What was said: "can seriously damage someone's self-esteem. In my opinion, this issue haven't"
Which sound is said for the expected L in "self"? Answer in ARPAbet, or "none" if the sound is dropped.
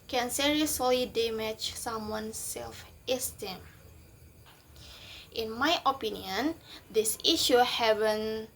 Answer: L